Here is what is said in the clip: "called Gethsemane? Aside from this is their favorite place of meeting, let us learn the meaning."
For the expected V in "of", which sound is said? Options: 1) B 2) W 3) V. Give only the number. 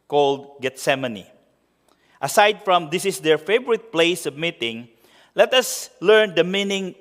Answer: 1